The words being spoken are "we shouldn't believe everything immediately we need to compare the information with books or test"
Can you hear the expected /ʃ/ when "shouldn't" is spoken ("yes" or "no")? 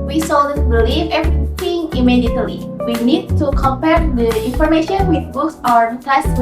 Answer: no